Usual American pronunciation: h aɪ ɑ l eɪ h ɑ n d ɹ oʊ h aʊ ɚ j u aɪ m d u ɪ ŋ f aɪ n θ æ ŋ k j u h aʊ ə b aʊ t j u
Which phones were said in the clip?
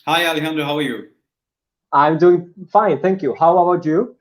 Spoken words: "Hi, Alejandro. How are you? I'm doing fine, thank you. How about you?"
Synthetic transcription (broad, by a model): h aɪ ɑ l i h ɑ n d oʊ h aʊ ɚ j u aɪ m d u ɪ ŋ f aɪ n θ æ ŋ k j u h aʊ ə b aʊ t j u